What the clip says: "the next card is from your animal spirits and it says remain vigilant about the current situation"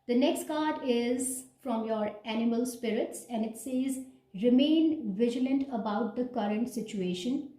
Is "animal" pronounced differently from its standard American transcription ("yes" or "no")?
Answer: no